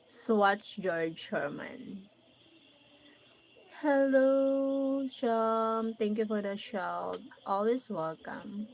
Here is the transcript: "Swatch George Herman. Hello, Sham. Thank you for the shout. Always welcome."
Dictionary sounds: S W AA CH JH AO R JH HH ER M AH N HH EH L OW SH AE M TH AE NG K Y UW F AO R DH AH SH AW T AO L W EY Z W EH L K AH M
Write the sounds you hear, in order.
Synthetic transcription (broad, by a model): S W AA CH JH AO R JH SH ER M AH N HH EH L OW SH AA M T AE NG K Y UW F AO R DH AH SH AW T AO L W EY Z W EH L K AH M